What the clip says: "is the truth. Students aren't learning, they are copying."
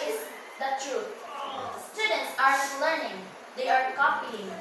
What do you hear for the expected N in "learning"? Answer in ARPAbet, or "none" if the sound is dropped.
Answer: N